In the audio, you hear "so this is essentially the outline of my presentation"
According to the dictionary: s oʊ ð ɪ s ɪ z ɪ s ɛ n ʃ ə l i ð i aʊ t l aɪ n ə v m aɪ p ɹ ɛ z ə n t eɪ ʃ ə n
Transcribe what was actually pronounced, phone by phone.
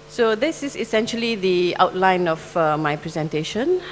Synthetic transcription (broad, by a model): s oʊ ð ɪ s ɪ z ɪ s ɛ n ʃ ə l i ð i aʊ t l aɪ n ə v m aɪ p ɹ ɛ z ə n t eɪ ʃ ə n